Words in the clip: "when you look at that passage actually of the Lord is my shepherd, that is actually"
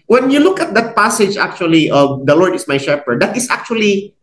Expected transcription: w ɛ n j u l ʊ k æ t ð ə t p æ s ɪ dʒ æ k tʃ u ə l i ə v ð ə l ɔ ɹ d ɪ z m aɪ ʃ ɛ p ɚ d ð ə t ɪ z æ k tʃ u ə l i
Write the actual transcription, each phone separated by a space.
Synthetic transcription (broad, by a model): w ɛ n j u l ʊ k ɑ t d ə t p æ s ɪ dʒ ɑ k tʃ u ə l i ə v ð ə l ɔ ɹ d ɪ s m aɪ ʃ ɛ p ɚ d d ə t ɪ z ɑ k tʃ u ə l i